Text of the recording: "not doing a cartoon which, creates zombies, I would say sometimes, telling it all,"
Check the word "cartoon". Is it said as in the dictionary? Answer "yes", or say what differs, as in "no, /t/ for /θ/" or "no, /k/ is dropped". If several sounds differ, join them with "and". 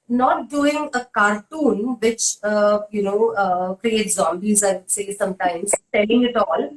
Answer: yes